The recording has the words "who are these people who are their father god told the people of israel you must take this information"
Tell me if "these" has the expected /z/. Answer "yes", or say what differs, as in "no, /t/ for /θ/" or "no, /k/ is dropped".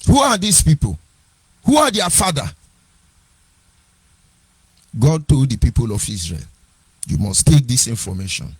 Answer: no, /s/ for /z/